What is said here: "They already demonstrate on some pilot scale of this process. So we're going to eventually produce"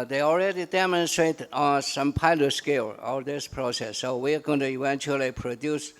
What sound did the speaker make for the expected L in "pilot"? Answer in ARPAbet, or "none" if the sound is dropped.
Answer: L